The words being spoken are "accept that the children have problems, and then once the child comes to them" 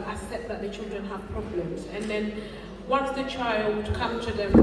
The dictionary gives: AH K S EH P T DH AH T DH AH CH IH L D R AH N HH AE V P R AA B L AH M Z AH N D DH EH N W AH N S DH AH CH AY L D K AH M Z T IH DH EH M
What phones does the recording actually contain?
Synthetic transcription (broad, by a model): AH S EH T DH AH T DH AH CH IH L D R AH N HH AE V P R AA B L AH M Z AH N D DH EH N W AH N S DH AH CH AY L D K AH M T IH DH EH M